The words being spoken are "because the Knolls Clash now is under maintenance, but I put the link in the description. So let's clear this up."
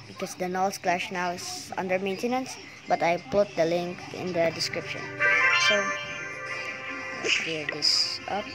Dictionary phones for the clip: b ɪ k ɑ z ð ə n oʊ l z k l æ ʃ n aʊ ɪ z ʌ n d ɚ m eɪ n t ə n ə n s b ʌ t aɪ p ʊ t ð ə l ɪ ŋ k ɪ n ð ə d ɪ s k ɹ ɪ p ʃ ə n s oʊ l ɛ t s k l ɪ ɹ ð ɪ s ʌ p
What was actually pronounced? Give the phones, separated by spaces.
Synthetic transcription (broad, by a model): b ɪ k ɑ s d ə n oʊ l s k l æ ʃ n aʊ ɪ s ʌ n d ɚ m eɪ n t ə n ə n s b ʌ t aɪ p ʊ t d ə l ɪ ŋ k ɪ n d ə d ɪ s k ɹ ɪ p ʃ ə n s oʊ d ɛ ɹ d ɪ s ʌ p